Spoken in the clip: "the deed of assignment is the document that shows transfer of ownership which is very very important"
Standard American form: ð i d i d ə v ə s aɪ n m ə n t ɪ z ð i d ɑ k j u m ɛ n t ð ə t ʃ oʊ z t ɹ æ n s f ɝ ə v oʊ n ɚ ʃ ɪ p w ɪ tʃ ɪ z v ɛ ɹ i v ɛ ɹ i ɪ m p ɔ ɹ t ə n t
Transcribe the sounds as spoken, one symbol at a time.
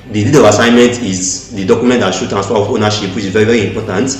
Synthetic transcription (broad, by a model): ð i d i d ə v ə s aɪ n m ə n t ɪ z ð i d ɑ k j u m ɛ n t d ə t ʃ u t æ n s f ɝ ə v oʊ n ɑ ʃ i p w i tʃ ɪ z v ɛ ɹ i v ɛ ɹ i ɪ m p ɔ t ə n t